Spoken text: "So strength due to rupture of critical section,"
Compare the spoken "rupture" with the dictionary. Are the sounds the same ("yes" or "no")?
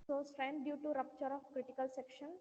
yes